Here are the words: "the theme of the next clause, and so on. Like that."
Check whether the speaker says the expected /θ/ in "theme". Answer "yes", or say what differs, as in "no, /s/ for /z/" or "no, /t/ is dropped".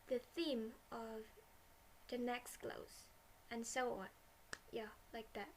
yes